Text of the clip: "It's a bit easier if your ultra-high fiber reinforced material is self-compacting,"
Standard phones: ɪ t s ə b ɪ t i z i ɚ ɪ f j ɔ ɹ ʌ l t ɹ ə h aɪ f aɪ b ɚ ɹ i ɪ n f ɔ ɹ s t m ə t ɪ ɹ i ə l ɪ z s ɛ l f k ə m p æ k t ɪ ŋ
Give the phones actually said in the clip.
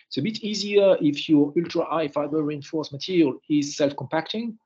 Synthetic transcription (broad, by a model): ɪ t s ə b ɪ t i z i ɚ ɪ f j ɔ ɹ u l t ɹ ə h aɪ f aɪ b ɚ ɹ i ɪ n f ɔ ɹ s m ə t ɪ ɹ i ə l ɪ z s ɛ l f k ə m p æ k t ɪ ŋ